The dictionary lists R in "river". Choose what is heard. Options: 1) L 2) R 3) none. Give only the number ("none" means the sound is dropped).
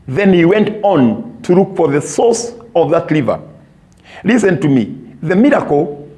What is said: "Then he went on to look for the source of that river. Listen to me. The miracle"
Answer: 1